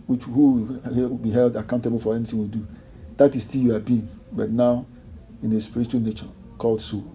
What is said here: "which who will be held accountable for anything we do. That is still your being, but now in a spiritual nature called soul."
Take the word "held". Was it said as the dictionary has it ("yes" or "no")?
yes